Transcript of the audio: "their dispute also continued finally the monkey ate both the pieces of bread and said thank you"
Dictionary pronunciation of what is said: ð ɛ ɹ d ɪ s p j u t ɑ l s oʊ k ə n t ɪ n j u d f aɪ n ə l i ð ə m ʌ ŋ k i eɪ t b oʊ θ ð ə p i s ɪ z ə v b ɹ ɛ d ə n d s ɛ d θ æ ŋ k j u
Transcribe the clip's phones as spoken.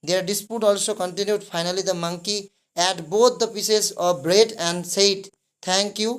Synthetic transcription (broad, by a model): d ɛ ɹ d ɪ s p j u t ɑ l s oʊ k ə n t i n j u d p aɪ n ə l i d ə m ʌ ŋ k i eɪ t b oʊ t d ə p i s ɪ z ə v b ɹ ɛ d ə n d s ɛ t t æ ŋ k j u